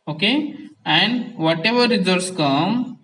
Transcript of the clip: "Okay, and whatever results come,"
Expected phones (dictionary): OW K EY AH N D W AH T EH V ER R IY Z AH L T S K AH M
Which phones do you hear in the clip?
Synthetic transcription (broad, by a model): OW K EY AH N D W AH T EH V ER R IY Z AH T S K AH M